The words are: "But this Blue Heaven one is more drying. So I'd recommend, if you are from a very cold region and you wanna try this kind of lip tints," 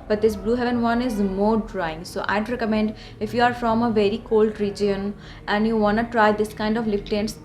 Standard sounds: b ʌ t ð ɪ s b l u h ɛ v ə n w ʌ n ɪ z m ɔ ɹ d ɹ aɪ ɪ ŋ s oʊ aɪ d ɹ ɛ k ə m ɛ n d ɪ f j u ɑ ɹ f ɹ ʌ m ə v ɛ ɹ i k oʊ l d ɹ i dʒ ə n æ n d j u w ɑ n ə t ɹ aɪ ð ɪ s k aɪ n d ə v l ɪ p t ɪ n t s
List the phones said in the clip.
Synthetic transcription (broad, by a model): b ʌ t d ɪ s b l u h ɛ v ə n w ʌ n ɪ z m ɔ ɹ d ɹ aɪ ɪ ŋ s oʊ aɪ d ɹ ɛ k ə m ɛ n d ɪ f j u ɑ ɹ f ɹ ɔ m ə v ɛ ɹ i k oʊ l d ɹ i dʒ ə n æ n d j u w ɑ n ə t ɹ aɪ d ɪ s k aɪ n d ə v l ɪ f t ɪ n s